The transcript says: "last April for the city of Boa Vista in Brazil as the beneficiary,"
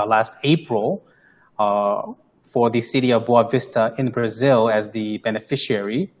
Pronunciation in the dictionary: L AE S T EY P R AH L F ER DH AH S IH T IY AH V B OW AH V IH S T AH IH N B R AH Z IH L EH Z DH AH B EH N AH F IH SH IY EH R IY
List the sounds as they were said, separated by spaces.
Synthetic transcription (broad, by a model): L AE S T EY P R AH L F ER DH AH S IH T IY AH V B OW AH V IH S T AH IH N B R AH Z IH L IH Z DH AH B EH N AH F IH SH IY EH R IY